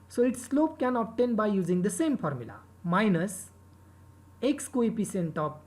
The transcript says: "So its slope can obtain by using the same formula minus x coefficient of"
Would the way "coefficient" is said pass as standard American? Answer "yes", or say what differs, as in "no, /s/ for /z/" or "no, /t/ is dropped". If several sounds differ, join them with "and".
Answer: no, /p/ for /f/ and /s/ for /ʃ/